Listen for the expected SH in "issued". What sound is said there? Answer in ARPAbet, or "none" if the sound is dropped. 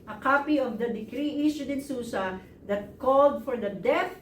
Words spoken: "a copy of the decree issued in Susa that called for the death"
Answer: S